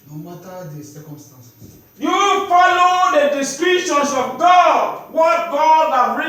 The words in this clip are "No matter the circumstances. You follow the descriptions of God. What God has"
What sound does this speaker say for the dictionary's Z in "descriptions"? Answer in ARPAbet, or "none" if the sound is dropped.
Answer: S